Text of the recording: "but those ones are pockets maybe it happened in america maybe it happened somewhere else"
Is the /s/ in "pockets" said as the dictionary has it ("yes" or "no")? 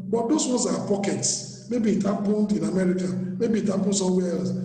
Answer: yes